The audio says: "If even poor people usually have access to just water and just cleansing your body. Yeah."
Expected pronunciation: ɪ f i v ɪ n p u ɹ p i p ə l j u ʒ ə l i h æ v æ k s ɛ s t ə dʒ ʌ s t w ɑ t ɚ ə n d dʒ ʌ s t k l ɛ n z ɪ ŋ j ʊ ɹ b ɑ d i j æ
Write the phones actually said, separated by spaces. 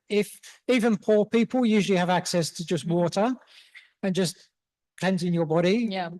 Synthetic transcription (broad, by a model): ɪ f i v ɪ n p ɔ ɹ p i p ə l j u ʒ ə l i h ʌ v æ k s ɛ s t ə dʒ ʌ s t w ɑ t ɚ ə n dʒ ʌ s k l ɛ n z ɪ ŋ j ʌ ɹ b ɑ d i j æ